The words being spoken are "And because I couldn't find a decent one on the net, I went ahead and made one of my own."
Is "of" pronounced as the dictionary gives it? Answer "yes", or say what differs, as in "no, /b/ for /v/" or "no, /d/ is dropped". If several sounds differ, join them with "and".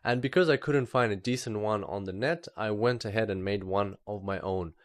yes